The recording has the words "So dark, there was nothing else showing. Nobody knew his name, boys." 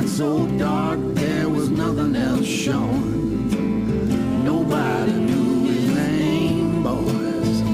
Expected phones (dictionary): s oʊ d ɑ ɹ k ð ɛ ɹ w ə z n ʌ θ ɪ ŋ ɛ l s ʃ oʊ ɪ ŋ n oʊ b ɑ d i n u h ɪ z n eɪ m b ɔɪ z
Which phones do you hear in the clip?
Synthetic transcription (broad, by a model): s oʊ d ɑ ɹ k ð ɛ ɹ w ə z n ʌ θ ɪ ŋ ɛ l s ʃ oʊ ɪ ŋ n oʊ b ɑ d i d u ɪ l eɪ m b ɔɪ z